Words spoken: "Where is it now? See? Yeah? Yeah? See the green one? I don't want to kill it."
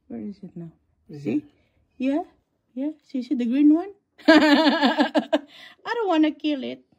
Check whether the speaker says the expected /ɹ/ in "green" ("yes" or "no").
yes